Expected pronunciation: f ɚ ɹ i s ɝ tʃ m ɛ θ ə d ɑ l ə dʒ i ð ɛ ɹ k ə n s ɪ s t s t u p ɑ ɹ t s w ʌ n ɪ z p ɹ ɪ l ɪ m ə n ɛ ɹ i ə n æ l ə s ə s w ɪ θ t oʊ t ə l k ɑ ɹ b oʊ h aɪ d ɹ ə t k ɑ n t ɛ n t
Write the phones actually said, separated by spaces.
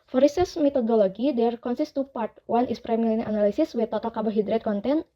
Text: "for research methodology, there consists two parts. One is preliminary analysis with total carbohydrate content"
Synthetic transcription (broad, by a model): f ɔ ɹ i s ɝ s m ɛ t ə d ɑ l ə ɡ i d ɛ ɹ k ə n s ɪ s s t u p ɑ ɹ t w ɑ n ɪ s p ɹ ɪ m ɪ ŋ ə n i n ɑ l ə s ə s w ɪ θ t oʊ t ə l k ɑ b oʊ h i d ɹ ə t k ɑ n t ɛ n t